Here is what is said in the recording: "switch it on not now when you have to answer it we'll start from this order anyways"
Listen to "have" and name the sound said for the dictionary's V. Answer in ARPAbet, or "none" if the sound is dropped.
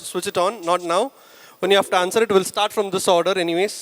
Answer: F